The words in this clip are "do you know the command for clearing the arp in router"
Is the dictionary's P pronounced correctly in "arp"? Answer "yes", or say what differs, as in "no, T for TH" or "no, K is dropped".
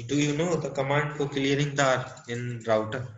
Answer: no, P is dropped